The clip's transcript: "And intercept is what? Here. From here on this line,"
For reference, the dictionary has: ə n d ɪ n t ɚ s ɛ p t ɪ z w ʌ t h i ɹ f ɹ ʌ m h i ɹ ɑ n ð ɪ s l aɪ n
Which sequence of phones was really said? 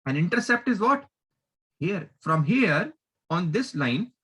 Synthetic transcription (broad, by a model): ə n ɪ n t ɚ s ɛ p t ɪ z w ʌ t h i ɹ f ɹ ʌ m h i ɹ ɑ n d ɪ s l aɪ n